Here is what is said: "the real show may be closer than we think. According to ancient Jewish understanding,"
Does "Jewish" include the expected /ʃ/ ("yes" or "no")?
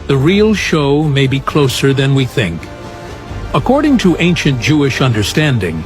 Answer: yes